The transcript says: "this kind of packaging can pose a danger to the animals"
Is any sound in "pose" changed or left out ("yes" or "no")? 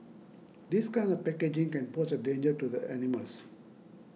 yes